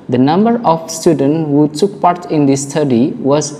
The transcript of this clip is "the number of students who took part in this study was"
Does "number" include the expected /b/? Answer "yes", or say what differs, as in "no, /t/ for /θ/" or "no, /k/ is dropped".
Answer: yes